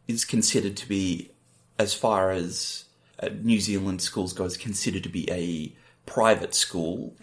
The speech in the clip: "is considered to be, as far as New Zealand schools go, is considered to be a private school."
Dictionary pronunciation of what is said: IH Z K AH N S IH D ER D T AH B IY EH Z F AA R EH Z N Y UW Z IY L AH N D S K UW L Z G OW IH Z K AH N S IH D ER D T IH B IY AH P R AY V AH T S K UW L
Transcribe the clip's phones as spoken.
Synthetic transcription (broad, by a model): IH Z K N S IH D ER D T AH B IY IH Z F AA R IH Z N Y UW Z IY L AH N D S K UW L Z G OW IH Z K N S IH D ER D T IH B IY AH P R AY V AH T S K UW L